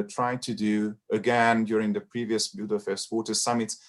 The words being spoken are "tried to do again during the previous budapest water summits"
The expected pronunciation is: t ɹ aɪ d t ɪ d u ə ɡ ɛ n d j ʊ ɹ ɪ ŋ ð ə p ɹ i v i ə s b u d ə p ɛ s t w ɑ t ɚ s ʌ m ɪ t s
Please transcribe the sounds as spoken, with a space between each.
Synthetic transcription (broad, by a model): t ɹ aɪ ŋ t ɪ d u ə ɡ ɛ n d j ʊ ɹ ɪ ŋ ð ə p ɹ i v i ə s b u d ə f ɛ s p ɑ t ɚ s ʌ m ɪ t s